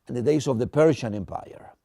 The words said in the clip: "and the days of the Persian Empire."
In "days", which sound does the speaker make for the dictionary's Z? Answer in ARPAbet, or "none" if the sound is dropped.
S